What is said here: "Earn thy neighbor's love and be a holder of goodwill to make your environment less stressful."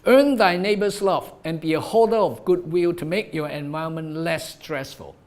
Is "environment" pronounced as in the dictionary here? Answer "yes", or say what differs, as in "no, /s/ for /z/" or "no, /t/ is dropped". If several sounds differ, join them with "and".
no, /ɹ/ is dropped